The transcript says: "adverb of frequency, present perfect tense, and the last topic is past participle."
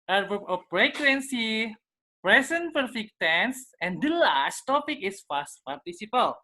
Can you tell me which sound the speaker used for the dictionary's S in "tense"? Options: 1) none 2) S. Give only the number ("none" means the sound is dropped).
2